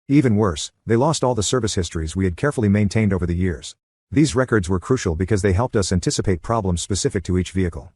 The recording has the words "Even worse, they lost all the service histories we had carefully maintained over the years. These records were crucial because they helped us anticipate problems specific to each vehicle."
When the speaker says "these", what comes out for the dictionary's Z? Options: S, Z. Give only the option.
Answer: Z